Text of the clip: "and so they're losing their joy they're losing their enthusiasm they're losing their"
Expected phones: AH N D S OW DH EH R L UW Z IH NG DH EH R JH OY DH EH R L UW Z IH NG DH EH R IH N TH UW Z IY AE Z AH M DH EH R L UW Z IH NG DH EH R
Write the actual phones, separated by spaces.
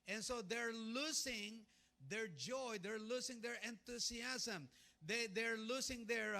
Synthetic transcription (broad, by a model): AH N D S OW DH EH R L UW S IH NG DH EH R JH OY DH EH R L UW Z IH NG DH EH R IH N T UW S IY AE S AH M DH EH R L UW S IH NG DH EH R